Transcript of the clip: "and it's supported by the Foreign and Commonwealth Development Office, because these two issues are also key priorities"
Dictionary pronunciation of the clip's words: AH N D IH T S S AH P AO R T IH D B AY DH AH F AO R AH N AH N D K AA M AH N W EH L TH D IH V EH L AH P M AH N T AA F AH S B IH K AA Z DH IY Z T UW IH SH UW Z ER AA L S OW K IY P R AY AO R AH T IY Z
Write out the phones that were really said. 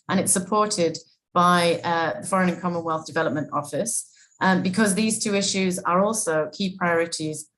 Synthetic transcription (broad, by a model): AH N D IH T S S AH P AO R T IH D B AY DH AH F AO R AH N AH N K AA M AH N W EH L TH D IH V EH L AH P M AH N T AA F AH S B IH K AA Z DH IY Z T UW IH SH UW Z ER AA L S OW K IY P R AY AO R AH T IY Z